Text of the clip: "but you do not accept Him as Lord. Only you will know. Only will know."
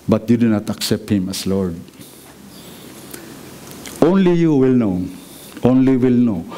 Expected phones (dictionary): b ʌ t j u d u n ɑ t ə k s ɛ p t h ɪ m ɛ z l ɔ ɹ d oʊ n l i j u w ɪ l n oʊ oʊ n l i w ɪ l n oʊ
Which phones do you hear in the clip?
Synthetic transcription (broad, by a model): b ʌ t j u d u n ɑ t ə k s ɛ p t h ɪ m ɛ s l ɔ ɹ d oʊ n l i j u w ɪ l n oʊ oʊ n l i w ɪ l n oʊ